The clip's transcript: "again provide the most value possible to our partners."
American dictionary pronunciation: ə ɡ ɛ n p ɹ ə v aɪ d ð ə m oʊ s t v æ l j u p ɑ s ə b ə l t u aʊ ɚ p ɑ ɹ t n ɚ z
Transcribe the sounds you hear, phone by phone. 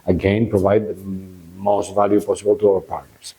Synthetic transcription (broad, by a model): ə ɡ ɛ n p ɹ ə v aɪ d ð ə m oʊ s t v æ l j u p ɑ s ə b ə l t u aʊ ɚ p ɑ ɹ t n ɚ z